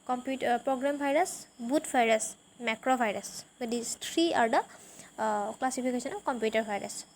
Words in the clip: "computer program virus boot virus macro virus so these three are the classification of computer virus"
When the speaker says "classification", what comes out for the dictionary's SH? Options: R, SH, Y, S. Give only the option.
S